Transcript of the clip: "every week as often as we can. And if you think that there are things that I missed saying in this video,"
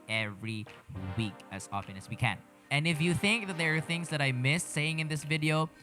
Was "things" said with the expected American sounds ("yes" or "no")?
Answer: yes